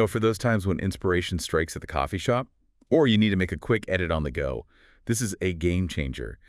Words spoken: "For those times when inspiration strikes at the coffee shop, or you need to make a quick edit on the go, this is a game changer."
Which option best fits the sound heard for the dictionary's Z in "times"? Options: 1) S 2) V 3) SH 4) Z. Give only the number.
4